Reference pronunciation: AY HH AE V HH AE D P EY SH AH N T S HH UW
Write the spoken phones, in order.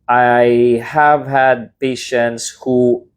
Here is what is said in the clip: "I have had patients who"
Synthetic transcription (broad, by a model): AY HH AE V HH AE D P EY SH AH N T S HH UW